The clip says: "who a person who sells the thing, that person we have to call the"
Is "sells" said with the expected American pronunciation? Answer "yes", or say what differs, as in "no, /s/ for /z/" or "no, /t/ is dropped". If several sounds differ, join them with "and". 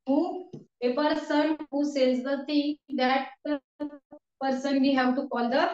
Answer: no, /n/ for /l/